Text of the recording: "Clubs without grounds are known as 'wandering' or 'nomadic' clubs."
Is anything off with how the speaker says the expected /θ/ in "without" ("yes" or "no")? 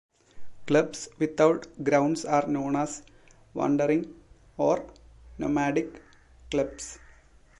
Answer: yes